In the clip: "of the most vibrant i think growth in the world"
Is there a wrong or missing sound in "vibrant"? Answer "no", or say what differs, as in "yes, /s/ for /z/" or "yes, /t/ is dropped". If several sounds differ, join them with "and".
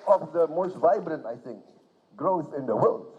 no